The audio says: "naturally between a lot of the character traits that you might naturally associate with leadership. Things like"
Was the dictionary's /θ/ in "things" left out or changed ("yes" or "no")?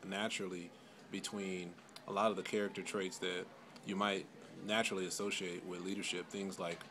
no